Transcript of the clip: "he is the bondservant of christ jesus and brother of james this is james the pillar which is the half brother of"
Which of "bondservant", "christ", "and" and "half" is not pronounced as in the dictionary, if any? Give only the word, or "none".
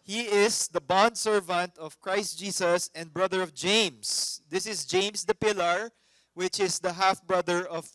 none